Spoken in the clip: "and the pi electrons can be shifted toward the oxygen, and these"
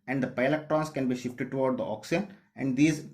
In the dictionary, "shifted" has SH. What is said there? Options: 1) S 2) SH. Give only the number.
2